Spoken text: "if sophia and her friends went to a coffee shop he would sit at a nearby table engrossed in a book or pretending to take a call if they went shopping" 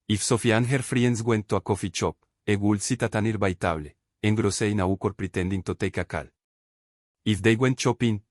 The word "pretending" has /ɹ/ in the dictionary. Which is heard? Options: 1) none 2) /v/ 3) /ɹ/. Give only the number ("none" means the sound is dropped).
3